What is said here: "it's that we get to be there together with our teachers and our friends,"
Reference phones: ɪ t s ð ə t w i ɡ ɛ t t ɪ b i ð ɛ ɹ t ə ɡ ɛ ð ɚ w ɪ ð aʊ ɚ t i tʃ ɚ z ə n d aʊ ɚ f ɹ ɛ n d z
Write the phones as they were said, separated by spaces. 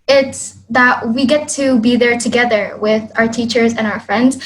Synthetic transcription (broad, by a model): ɪ t s ð ə t w i ɡ ɛ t t ɪ b i ð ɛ ɹ t ə ɡ ɛ ð ɚ w ɪ ð aʊ ɚ t i tʃ ɚ z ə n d aʊ ɚ f ɹ ɛ n d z